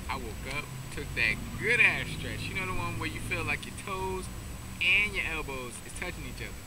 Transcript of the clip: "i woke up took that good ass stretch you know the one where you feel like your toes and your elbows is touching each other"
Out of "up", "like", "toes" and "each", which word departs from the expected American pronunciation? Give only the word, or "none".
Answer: none